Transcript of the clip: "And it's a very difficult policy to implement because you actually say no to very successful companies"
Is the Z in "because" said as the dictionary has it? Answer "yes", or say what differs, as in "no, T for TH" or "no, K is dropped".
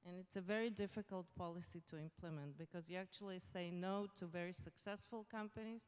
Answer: yes